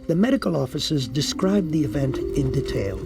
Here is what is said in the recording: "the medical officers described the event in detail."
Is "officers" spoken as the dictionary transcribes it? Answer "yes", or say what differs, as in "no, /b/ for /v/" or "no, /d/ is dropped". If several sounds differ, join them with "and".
yes